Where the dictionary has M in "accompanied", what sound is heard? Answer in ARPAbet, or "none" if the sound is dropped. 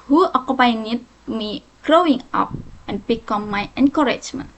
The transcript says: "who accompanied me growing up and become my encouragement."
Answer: none